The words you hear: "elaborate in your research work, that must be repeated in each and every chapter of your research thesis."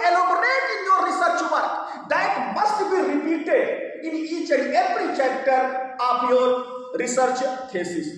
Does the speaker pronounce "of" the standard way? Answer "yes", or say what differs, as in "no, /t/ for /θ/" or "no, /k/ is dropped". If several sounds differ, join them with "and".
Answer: no, /p/ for /v/